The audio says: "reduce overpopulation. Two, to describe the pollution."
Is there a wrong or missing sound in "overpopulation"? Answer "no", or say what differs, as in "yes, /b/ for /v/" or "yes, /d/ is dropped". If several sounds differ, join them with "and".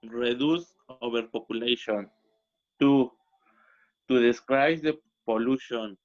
yes, /b/ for /v/